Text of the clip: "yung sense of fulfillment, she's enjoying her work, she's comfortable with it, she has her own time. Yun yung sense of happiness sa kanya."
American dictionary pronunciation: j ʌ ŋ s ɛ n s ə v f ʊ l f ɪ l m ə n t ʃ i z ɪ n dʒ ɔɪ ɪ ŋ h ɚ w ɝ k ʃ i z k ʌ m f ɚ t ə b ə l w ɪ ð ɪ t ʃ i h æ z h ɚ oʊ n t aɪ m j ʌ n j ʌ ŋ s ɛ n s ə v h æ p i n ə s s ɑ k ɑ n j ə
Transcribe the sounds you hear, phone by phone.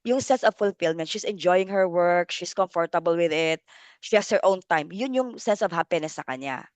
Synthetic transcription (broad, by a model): j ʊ ŋ s ɛ n s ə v f ʊ l f ɪ l m ə n t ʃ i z ɪ n dʒ ɔɪ ɪ ŋ h ɚ w ɝ k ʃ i s k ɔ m f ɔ t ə b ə l w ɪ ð ɪ t ʃ i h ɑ s h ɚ oʊ n t aɪ m j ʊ n j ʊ ŋ s ɛ n s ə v h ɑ p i n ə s s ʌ k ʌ n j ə